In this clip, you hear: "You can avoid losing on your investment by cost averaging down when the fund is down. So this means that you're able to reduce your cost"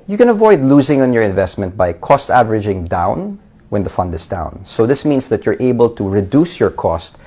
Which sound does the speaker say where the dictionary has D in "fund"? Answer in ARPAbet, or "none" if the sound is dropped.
D